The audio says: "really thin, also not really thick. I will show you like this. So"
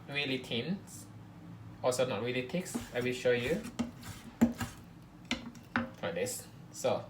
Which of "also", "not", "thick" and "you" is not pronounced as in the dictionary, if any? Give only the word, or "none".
thick